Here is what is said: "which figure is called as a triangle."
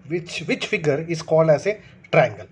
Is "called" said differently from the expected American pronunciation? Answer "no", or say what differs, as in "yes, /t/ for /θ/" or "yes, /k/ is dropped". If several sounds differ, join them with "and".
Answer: no